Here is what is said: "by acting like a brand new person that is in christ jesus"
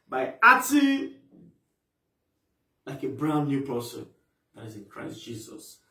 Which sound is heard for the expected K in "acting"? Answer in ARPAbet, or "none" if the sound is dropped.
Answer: none